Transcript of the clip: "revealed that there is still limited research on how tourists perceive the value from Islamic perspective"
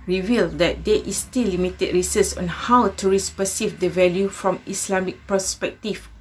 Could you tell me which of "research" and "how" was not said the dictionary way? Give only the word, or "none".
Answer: research